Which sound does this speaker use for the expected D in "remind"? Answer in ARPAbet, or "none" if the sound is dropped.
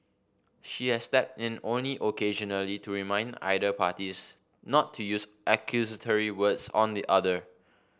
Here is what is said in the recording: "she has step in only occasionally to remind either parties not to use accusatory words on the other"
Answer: D